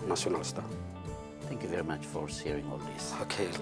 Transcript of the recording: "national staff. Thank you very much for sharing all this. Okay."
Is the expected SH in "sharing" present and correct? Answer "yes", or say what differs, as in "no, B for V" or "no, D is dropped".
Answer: no, S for SH